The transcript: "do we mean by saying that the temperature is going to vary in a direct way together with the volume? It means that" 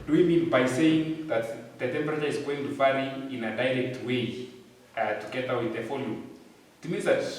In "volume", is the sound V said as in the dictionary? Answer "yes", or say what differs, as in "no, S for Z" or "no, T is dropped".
no, F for V